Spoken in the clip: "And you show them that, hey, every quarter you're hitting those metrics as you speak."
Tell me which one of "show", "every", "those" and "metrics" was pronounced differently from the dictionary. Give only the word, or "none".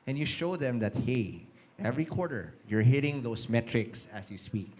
those